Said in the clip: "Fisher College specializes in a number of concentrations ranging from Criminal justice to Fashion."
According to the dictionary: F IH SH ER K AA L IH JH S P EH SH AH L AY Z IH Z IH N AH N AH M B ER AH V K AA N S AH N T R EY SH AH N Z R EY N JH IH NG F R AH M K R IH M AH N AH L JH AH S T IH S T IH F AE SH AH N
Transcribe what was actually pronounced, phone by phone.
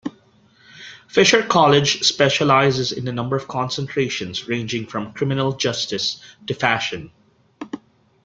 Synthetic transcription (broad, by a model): F IH SH ER K AA L IH JH S P EH SH AH L AY Z IH Z IH N AH N AH M B ER AH V K AA N S AH N T R EY SH AH N Z R EY N JH IH NG F R AH M K R IH M AH N AH L JH AH S T IH S T IH F AE SH AH N